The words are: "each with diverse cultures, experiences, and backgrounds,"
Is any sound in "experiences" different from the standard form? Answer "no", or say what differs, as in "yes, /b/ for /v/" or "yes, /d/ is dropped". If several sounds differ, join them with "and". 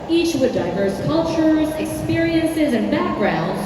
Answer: no